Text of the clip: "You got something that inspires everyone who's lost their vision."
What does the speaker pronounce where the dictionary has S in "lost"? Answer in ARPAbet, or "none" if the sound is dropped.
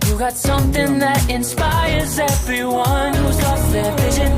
none